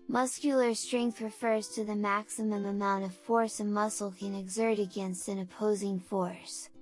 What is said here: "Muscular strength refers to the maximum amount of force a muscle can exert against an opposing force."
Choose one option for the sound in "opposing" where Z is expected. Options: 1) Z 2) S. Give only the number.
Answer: 1